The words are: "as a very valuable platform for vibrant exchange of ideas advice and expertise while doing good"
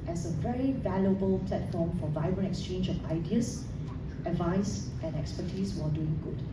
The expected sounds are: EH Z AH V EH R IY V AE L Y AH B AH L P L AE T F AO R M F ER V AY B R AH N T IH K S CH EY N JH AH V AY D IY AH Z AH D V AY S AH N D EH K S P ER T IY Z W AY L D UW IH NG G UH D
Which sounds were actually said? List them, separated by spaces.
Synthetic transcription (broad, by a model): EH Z AH V EH R IY V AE L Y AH B AH L P L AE T F AO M F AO V AY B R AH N IH K S CH EY N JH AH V AY D IY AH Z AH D V AY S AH N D EH K S P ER T IY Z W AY D UW IH NG G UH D